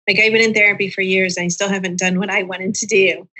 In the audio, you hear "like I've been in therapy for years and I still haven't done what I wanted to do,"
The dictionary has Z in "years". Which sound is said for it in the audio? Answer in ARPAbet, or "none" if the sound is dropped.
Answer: Z